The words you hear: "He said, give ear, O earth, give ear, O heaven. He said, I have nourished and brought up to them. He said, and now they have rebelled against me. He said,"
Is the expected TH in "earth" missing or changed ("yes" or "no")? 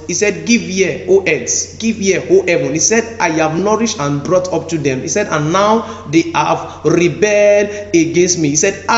yes